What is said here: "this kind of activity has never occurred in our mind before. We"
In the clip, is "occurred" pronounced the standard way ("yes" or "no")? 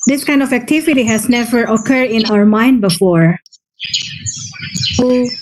yes